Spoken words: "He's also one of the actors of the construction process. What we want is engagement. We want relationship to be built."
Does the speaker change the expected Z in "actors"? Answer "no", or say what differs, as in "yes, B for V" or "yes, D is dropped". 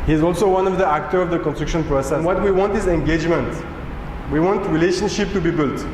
yes, Z is dropped